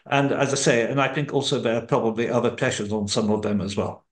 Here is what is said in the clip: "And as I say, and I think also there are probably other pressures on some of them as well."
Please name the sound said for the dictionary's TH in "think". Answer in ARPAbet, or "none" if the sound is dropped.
TH